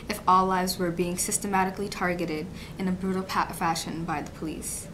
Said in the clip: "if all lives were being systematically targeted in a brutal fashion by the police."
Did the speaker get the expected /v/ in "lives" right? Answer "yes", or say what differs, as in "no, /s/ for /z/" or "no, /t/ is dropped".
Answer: yes